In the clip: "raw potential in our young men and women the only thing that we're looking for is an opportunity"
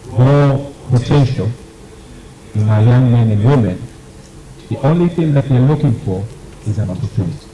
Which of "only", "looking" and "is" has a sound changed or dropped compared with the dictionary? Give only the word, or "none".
none